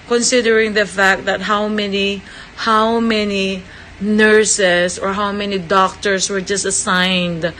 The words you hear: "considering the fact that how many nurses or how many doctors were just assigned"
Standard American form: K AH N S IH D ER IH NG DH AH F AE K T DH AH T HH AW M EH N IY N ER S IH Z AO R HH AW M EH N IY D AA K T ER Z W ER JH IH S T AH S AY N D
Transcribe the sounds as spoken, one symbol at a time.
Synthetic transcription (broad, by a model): K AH N S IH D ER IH NG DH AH F AE K T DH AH T HH AW M EH N IY N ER S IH S AO R HH AW M EH N IY D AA K T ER S W ER JH IH S T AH S AY N D